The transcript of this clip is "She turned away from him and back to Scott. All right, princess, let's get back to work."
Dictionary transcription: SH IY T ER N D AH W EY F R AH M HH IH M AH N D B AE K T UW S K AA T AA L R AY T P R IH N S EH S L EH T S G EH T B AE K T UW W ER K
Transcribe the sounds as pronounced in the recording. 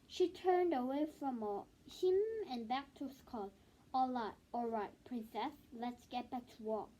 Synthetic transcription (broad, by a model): SH IY T ER N D AH W EY F R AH M HH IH M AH N B AE K T UW S K AA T AA L R AY T P R IH N S EH S L EH T S G EH T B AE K T UW W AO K